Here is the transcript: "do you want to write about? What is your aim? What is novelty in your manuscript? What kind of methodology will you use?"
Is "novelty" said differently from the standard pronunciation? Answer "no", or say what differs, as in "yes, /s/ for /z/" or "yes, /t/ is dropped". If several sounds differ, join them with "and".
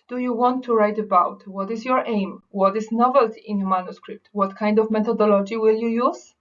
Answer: no